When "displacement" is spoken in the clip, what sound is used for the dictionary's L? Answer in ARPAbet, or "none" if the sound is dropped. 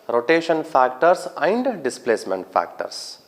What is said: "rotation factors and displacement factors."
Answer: L